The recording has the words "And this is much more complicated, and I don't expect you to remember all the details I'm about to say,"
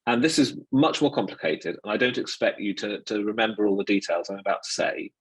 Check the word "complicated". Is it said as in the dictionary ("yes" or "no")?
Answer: yes